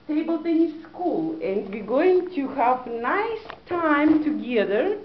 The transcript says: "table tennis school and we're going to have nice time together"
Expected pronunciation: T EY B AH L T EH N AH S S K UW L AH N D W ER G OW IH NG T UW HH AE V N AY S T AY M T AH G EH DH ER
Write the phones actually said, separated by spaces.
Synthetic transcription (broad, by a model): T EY B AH L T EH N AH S S K UW L AH N D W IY G OW IH NG T UW HH AE V N AY S T AY M T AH G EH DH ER